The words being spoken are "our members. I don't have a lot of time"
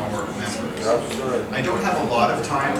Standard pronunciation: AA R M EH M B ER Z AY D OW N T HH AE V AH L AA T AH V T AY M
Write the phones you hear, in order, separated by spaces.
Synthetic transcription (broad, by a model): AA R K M ER S AY D OW N T HH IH V AH L AA T AH V T AY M